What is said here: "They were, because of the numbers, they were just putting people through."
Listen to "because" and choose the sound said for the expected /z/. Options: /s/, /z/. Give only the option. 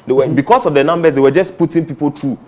/s/